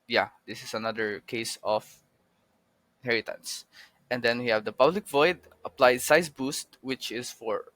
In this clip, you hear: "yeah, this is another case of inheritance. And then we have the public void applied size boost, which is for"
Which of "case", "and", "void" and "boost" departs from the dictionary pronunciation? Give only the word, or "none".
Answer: case